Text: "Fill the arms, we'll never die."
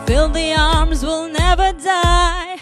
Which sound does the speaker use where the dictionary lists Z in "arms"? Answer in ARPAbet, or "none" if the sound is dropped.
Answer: Z